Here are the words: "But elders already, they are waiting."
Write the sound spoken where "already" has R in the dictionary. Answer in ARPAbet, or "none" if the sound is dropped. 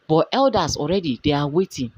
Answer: R